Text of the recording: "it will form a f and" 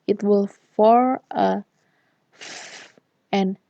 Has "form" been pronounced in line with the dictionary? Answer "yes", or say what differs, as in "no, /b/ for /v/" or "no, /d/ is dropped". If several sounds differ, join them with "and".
no, /m/ is dropped